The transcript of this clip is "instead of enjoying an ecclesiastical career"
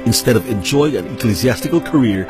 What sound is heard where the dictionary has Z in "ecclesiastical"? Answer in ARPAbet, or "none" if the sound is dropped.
Z